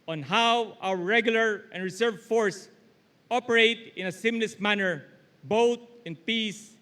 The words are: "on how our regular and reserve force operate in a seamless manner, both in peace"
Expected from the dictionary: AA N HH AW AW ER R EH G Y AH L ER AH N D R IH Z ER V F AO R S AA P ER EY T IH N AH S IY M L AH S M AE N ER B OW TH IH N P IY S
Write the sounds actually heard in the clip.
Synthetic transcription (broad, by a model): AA N HH AW AW ER R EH G Y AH L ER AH N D R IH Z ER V F AO R S AA P ER EY T IH N AH S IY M L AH S M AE N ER B OW T IH N P IY S